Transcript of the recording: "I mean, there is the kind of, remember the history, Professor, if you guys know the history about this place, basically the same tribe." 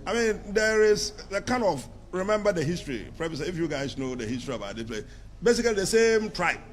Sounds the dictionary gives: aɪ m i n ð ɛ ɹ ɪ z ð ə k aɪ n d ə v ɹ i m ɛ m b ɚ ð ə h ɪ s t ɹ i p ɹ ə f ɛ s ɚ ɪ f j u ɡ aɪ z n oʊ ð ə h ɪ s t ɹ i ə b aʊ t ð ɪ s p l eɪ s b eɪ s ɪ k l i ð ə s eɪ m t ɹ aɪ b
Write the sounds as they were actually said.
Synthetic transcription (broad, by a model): aɪ m i n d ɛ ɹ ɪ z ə k aɪ n d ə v ɹ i m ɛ m b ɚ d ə h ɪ s t ɹ i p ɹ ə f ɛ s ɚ ɪ f j u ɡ aɪ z n oʊ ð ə h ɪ s t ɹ i ə b aʊ t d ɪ p l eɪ b eɪ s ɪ k l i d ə s eɪ m t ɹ aɪ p